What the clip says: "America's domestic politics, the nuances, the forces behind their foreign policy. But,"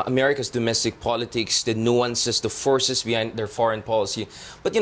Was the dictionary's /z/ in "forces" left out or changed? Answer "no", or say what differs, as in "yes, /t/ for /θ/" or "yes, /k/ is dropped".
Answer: yes, /s/ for /z/